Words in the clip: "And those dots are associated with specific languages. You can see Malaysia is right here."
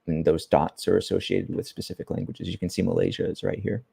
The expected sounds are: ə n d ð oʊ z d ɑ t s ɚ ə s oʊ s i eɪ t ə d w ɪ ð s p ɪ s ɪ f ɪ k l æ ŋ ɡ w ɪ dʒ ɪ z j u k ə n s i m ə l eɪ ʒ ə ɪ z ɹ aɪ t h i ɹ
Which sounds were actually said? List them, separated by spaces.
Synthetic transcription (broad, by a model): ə n ð oʊ z d ɑ t s ɚ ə s oʊ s i eɪ t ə d w ɪ ð s p ɪ s ɪ f ɪ k l æ ŋ ɡ w ɪ dʒ ɪ z j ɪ k ə n s i m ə l eɪ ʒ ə ɪ z ɹ aɪ t h i ɹ